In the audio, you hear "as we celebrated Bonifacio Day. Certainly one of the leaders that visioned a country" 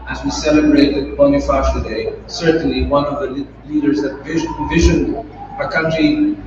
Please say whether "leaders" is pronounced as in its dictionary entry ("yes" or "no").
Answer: yes